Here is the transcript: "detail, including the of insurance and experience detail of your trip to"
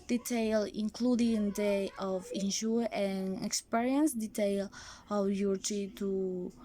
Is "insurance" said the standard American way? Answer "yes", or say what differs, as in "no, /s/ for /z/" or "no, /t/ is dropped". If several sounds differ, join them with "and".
no, /s/ is dropped